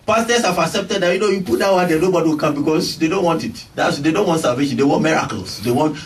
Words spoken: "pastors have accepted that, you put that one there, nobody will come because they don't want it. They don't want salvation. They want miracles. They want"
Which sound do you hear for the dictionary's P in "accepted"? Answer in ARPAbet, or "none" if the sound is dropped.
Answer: P